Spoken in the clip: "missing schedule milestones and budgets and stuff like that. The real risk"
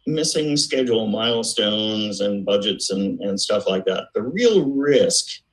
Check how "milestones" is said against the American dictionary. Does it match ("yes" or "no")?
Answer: yes